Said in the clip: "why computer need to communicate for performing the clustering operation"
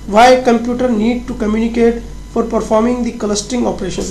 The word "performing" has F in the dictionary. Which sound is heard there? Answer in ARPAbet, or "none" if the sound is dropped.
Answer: F